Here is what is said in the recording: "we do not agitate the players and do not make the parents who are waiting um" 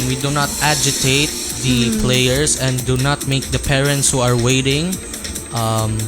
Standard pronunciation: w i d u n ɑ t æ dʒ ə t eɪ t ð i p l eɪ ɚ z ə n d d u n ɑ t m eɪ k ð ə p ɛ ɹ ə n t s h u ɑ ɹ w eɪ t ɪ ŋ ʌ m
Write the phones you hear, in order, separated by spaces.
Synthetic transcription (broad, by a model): w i d u n ɑ t æ dʒ ə t eɪ t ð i p l eɪ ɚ s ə n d d u n ɑ t m eɪ k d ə p ɛ ɹ ə n t s h u ɑ ɹ w eɪ t ɪ ŋ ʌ m